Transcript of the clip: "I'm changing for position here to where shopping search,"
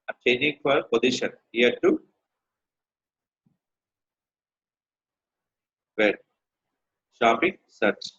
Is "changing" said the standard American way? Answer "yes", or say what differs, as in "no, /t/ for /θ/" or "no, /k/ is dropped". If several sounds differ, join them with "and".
no, /dʒ/ is dropped